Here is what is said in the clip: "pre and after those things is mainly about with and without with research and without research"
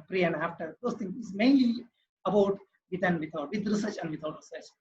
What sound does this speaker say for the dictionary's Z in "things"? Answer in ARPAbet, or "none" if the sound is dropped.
none